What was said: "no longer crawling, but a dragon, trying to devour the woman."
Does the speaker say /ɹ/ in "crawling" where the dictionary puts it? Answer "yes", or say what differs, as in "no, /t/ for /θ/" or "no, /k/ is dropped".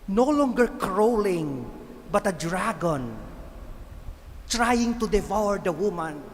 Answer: yes